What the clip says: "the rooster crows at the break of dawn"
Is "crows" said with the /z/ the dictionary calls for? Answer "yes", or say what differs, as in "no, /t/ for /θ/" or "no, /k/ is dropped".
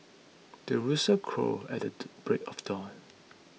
no, /z/ is dropped